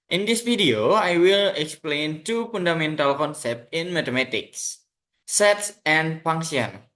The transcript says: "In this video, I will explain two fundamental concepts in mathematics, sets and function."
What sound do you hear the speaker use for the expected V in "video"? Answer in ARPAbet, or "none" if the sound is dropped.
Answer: F